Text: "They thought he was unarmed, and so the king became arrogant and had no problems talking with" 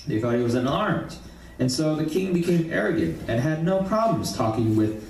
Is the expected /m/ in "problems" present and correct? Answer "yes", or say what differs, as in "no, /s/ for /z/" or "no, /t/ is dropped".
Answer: yes